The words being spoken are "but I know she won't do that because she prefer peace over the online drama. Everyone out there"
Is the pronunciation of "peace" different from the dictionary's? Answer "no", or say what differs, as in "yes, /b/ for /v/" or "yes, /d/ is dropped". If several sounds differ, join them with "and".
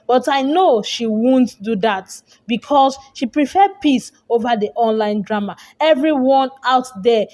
no